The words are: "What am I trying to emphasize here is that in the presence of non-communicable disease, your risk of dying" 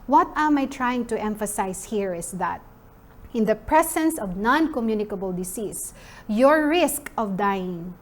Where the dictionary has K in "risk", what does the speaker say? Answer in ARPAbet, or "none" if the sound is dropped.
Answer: K